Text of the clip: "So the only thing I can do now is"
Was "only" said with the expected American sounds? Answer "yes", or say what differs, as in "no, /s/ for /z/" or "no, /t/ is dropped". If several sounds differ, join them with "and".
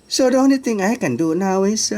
no, /l/ is dropped